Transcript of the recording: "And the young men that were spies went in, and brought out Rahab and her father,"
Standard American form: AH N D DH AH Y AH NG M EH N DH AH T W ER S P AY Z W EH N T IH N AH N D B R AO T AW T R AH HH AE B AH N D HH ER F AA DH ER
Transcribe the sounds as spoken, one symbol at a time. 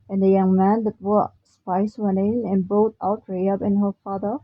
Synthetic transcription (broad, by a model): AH N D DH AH Y AH NG M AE N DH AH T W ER S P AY S W EH N T IH N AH N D B AO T AW T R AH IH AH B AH N HH ER F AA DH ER